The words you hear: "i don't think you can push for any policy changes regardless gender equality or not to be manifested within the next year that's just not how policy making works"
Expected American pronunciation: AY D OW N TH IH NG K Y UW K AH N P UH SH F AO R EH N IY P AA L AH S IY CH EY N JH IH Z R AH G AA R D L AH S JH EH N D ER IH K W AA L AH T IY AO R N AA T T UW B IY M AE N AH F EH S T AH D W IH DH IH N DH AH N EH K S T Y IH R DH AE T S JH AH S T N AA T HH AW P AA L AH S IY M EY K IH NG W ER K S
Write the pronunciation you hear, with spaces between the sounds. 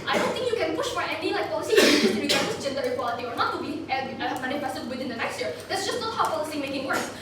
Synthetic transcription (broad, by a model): AY D OW N TH IH NG K Y UW K AH N P UH SH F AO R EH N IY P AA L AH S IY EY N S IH R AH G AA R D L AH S JH EH N D ER IH K W AA L AH T IY AO R N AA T T UW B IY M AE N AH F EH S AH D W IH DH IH N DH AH N EH K S T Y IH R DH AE T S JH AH S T N AA T HH AW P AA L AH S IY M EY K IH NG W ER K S